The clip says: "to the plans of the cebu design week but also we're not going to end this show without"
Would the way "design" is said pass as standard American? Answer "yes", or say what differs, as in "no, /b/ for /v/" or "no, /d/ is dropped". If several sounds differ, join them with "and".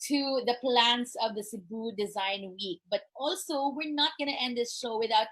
yes